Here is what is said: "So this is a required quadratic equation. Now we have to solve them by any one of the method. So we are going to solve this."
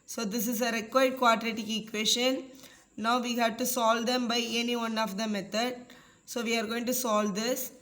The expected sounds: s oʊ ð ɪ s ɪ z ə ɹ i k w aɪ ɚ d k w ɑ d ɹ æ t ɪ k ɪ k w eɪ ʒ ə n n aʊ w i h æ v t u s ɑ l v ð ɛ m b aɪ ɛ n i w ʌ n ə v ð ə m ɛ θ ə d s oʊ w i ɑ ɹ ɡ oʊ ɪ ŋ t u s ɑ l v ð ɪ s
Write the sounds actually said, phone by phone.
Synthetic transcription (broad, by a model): s oʊ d ɪ s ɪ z ə ɹ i k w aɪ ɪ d k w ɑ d ɹ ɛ t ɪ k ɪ k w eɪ ʃ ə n n aʊ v i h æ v t u s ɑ l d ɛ m b aɪ ɛ n i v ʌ n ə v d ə m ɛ t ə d s oʊ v i ɑ ɹ ɡ oʊ ɪ ŋ t u s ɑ l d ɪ s